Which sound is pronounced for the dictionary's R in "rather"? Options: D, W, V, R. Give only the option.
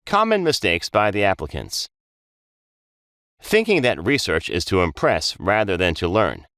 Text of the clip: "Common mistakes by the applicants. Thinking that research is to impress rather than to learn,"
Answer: R